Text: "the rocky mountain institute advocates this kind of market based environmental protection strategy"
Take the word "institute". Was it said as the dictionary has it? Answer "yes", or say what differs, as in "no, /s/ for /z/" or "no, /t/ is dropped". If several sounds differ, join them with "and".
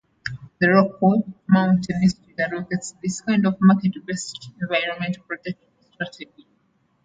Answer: no, /n/ is dropped